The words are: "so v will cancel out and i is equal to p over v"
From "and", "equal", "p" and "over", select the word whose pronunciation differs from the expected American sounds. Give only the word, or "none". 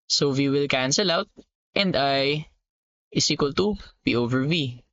p